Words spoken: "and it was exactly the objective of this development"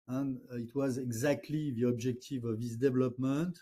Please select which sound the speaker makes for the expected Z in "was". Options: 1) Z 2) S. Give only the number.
1